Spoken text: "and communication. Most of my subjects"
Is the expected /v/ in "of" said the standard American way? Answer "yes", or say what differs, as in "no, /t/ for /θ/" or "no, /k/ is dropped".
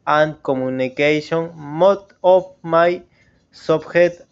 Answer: no, /p/ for /v/